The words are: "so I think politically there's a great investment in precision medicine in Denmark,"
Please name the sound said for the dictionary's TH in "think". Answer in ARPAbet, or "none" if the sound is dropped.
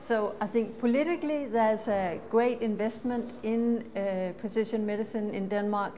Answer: TH